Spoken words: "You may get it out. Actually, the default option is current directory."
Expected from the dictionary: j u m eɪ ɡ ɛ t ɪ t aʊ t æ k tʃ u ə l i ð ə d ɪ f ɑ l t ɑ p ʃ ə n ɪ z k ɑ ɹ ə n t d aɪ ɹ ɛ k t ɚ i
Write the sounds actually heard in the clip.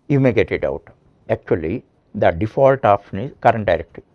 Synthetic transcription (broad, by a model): j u m eɪ ɡ ɛ t ɪ t aʊ t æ k tʃ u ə l i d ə d ɪ f ɑ l t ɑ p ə n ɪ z k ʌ ɹ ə n t d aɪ ɹ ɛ k t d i